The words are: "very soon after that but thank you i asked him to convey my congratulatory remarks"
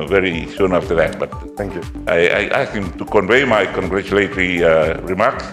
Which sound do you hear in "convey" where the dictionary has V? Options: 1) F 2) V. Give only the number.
2